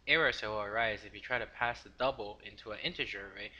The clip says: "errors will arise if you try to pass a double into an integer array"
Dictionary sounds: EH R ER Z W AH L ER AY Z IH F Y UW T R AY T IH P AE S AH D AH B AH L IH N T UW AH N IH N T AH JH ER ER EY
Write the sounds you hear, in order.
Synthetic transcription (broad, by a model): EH R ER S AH W ER AY Z IH F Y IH T R AY T IH P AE S AH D AH B L IH N T UW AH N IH N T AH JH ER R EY